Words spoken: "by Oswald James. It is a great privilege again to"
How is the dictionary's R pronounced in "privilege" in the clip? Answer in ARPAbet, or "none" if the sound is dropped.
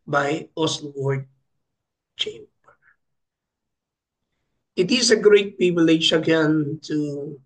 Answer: none